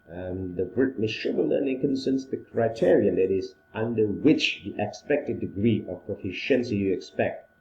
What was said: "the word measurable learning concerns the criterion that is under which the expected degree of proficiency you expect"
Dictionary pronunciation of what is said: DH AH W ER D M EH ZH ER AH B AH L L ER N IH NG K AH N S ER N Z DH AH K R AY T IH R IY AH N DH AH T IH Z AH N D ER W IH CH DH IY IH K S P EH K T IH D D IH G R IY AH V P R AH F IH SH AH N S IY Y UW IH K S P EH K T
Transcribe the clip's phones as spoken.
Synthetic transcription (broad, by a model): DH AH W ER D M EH S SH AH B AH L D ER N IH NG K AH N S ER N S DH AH K R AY T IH R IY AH N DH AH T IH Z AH N D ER W IH CH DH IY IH K S P EH K T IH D D IH G R IY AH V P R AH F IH SH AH N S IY Y UW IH K S P EH K T